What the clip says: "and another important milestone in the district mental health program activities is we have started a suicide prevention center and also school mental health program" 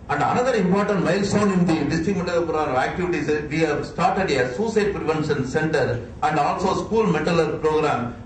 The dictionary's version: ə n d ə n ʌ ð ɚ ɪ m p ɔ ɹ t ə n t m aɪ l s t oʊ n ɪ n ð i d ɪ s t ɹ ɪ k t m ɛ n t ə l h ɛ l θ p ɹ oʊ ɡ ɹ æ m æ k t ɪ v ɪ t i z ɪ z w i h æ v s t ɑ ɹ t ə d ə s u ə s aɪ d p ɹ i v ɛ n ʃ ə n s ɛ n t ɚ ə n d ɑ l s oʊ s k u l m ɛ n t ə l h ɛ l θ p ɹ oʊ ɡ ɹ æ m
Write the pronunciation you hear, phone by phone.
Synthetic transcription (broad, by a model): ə n d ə n ʌ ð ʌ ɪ m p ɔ ɹ t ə n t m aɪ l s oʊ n ɪ n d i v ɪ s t ɪ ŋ m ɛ t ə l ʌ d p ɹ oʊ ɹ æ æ k t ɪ v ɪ t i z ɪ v i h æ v s t ɑ ɹ t ə d ə s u s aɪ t p ɹ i v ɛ n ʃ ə n s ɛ n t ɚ ə n d ɑ l s oʊ s k u l m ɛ t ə l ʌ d p ɹ oʊ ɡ ɹ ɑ m